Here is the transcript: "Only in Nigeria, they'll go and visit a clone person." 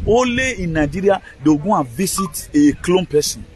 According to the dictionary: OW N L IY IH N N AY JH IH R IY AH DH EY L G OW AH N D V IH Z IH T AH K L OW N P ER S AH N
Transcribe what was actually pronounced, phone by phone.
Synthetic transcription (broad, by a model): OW L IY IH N N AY JH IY R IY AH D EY G OW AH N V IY S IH T AH K L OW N P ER S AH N